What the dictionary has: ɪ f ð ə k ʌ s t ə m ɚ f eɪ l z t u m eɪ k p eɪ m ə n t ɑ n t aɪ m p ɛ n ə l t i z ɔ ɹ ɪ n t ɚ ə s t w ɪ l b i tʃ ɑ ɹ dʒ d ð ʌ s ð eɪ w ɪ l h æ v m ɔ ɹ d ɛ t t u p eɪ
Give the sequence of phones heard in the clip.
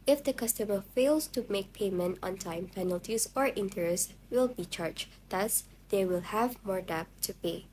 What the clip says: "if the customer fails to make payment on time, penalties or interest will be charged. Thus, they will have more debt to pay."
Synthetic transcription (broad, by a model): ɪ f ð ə k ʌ s t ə m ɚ f eɪ l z t u m eɪ k p eɪ m ə n t ɑ n t aɪ m p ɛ n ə l t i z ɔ ɹ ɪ n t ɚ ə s w ɪ l b i tʃ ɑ ɹ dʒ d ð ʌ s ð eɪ w ɪ l h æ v m ɔ ɹ d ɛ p t u p eɪ